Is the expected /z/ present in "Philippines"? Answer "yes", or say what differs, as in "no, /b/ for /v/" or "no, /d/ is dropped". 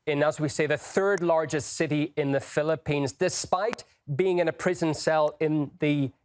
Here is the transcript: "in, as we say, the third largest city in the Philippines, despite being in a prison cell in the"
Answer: yes